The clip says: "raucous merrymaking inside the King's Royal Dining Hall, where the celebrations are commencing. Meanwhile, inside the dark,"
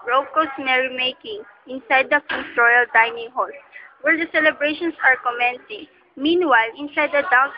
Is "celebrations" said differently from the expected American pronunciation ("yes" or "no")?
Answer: yes